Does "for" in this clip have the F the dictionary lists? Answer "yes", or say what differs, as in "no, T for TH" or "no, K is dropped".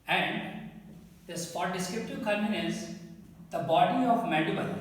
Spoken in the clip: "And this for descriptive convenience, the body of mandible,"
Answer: no, P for F